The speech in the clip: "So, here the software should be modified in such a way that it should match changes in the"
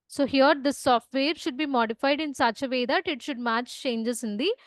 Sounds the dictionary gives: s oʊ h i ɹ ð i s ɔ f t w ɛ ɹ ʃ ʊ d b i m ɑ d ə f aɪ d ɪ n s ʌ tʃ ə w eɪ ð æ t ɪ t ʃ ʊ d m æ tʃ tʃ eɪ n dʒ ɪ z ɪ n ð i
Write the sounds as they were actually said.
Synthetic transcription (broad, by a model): s oʊ h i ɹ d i s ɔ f t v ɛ ɹ ʃ ʊ d b i m ɑ d ə f aɪ d ɪ n s ʌ tʃ ə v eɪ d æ t ɪ t ʃ ʊ d m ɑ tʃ tʃ eɪ n dʒ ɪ s ɪ n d i